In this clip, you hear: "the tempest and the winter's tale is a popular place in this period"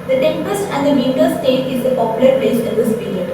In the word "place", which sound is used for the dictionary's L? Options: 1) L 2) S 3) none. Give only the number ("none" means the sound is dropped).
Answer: 3